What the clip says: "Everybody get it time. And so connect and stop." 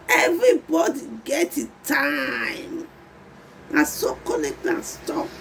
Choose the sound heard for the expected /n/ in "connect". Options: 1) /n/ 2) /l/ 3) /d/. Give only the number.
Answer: 2